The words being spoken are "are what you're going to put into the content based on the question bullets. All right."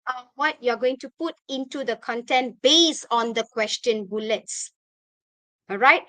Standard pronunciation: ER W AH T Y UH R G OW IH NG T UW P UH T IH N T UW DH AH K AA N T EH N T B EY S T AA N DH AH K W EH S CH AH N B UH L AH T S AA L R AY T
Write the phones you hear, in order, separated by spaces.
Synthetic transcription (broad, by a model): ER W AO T Y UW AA G OW IH NG T UW P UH T IH N T UW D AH K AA N T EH N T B EY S AA N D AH K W EH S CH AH N B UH L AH T S AA L R AY T